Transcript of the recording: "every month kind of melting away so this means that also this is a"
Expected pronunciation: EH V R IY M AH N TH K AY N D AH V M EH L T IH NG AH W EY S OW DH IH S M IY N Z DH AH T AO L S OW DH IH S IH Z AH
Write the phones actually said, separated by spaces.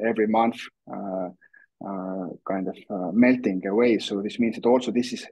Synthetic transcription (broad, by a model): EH V R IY M AH N TH K AY N D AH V M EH L T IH NG AH W EY S OW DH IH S M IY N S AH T AO L S OW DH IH S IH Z